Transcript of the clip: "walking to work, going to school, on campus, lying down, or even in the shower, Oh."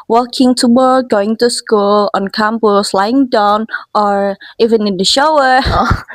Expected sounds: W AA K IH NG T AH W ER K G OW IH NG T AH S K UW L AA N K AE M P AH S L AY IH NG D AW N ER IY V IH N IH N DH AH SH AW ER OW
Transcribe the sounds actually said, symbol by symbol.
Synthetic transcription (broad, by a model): W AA K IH NG T AH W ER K G OW IH NG T AH S K UW L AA N K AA M B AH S L AY IH NG D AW N ER IY V IH N IH N DH AH SH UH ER